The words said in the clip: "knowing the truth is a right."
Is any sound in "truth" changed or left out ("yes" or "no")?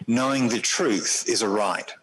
no